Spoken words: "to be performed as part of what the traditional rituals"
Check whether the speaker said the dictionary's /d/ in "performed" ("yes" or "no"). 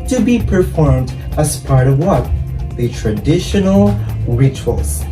yes